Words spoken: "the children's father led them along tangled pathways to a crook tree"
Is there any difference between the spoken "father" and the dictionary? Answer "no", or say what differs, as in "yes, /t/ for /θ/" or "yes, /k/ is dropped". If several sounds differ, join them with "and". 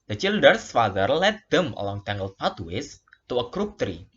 no